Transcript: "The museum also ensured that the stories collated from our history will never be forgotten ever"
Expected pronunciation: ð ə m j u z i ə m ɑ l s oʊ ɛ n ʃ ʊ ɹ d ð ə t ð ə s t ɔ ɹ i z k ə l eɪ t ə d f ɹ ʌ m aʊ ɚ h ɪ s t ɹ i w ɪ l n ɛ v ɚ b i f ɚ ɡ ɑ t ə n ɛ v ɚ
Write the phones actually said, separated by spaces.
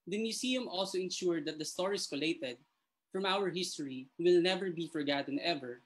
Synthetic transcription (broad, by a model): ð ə m j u s i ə m ɑ l s oʊ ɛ n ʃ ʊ ɹ d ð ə t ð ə s t ɔ ɹ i s k ə l eɪ t ə d f ɹ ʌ m aʊ ɚ h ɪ s t ɹ i w ɪ l n ɛ v ɚ b i f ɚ ɡ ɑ t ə n ɛ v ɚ